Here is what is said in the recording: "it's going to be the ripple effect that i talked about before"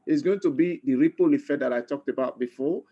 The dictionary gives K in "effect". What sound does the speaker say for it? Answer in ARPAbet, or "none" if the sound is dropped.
none